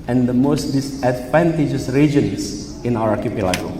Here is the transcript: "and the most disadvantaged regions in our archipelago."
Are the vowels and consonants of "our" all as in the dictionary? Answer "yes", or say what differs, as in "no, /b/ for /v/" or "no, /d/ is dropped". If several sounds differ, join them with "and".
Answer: no, /w/ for /ɹ/